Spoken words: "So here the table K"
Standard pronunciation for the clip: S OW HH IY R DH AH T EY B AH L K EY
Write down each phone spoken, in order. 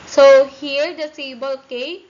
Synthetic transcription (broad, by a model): S OW HH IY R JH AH S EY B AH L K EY